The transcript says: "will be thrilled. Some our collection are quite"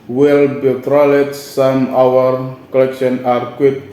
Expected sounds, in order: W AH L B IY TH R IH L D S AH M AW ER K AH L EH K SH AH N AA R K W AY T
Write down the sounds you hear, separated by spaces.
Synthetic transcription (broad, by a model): W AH L B IY T R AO L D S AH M AW ER K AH L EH K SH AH N AA R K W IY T